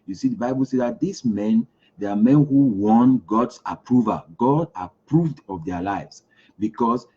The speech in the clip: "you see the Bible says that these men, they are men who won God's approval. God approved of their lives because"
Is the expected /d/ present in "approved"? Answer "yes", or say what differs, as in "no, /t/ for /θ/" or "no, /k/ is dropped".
yes